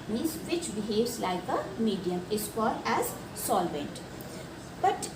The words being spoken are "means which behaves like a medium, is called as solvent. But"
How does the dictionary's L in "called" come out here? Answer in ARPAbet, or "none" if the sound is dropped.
none